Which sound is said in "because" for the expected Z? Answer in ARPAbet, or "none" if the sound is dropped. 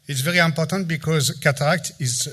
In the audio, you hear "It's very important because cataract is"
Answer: Z